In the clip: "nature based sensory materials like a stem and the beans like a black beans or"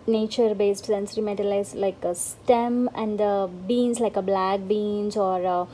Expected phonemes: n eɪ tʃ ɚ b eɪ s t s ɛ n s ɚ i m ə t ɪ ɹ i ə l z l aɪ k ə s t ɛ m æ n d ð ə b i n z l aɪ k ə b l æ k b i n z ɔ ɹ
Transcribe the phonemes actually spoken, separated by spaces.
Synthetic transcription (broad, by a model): n eɪ tʃ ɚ b eɪ s t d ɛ n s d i m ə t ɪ l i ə z l aɪ k ə s t ɛ m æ n d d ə b i n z l aɪ k ə b l æ k b i n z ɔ ɹ